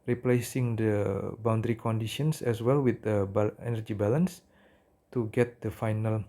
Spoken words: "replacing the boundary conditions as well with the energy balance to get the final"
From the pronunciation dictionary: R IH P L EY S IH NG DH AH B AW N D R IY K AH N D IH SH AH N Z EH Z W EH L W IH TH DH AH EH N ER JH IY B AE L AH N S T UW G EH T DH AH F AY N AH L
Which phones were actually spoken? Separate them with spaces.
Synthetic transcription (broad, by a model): R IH P L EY S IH NG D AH B AW N D R IY K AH N D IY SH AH N S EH S W EH L W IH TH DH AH EH N ER JH IY B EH L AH N S T UW G EH T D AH F AY N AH L